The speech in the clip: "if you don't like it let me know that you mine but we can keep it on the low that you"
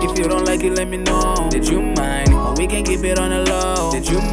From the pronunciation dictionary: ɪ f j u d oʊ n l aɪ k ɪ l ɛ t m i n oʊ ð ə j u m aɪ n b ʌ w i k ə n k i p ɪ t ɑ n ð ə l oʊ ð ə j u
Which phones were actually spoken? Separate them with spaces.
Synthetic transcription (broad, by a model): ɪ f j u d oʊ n l aɪ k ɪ l ɛ t m i n oʊ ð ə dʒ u m aɪ n w i k ə n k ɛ b ɪ t ɑ n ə l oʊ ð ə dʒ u